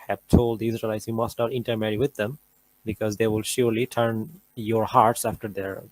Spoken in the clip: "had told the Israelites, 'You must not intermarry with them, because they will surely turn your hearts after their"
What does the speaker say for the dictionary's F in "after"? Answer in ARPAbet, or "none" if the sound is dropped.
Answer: F